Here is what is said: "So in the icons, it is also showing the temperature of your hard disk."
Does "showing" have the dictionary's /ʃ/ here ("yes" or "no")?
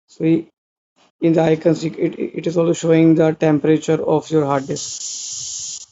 yes